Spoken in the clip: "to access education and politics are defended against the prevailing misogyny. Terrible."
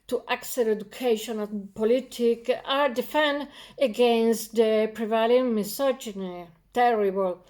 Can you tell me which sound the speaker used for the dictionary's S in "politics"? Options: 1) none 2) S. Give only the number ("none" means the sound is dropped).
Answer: 1